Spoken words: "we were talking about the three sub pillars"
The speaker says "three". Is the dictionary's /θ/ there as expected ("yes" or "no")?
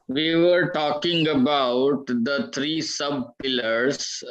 no